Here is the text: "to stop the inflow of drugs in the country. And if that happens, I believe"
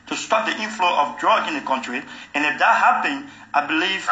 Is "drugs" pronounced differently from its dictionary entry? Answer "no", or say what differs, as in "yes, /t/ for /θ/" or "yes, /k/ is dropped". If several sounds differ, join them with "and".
yes, /z/ is dropped